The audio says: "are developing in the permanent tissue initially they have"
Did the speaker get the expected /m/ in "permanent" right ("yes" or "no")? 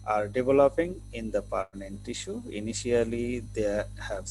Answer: no